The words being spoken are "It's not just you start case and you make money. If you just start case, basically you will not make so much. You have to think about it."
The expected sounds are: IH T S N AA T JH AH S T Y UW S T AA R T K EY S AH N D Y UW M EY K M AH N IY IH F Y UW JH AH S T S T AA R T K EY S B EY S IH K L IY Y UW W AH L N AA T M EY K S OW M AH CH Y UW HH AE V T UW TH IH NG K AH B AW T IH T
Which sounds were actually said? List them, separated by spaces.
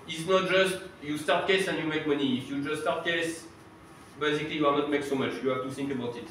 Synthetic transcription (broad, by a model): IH T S N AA T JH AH S T Y UW S T AA R T K EY S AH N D Y UW M EY K M AH N IY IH F Y UW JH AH S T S T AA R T K EY S B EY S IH K L IY Y UW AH N AA T M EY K S OW M AH CH Y UW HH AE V T UW TH IH NG K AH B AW T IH T